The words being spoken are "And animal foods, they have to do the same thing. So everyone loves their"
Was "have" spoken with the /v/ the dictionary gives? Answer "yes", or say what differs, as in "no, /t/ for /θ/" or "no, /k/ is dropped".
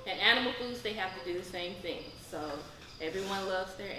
no, /f/ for /v/